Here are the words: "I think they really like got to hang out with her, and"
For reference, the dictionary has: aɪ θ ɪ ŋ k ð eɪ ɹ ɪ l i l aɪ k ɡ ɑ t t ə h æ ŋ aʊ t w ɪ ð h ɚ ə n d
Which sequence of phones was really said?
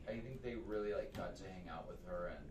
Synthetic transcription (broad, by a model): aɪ θ ɪ ŋ k ð eɪ ɹ ɪ l i l aɪ k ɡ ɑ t s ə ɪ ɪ ŋ aʊ t w ɪ ð ɚ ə n